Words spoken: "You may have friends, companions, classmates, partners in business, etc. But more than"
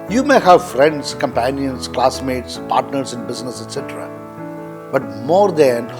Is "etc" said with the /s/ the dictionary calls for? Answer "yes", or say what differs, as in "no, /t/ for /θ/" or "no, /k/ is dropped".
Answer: yes